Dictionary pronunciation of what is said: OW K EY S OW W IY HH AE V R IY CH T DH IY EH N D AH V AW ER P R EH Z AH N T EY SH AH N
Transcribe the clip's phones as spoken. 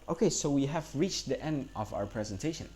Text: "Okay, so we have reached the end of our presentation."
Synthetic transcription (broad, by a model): OW K EY S OW W IY HH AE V R IY CH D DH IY EH N D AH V AW ER P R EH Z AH N T EY SH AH N